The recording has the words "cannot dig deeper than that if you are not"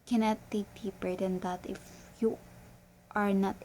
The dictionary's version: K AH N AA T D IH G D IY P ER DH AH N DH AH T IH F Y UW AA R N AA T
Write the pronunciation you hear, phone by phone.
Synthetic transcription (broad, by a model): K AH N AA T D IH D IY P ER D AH N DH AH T IH F Y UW AA R N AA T